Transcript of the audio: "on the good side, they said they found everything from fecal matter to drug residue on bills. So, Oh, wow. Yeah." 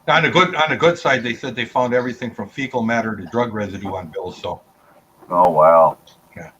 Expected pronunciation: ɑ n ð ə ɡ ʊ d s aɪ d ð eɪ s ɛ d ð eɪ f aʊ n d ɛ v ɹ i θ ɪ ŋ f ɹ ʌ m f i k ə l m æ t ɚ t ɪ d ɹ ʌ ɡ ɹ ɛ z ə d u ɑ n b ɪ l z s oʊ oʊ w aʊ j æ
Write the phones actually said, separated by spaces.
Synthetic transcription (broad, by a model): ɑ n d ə ɡ ʊ d s aɪ d ð eɪ s ɛ d ð eɪ f aʊ n d ɛ v ɹ i θ ɪ ŋ f ɹ ʌ m f i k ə l m æ t ɚ t ɪ d ɹ ʌ ɡ ɹ ɛ z ə d u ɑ n b ɪ l z s oʊ oʊ w aʊ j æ